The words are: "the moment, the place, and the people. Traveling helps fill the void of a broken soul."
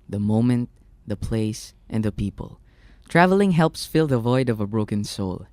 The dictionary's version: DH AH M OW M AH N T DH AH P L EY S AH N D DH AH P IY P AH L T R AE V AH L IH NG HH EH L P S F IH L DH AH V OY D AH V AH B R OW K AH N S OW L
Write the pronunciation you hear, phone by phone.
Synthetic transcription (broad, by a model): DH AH M OW M AH N T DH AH P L EY S AH N D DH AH P IY P AH L T R AE V AH L IH NG HH EH L P S F IH L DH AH V OY D AH V AH B R OW K AH N S OW L